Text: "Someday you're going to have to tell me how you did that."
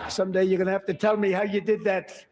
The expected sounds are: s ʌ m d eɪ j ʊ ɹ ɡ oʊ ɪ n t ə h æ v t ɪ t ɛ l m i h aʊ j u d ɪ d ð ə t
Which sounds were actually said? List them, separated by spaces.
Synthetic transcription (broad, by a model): s ʌ m d eɪ j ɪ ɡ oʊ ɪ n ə h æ f t ɪ t ɛ l m i h aʊ j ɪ d ɪ d ð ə t